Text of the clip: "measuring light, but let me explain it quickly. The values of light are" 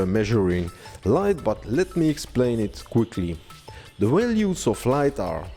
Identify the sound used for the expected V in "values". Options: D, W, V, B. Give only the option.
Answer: W